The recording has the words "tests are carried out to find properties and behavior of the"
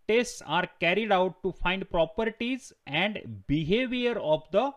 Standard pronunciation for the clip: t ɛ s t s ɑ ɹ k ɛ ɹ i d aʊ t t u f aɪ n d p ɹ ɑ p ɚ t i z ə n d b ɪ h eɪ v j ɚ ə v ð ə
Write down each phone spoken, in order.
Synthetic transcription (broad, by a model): t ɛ s t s ɑ ɹ k ɛ ɹ i d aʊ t t u f aɪ n d p ɹ ɑ p ɚ t i z ə n d b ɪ h eɪ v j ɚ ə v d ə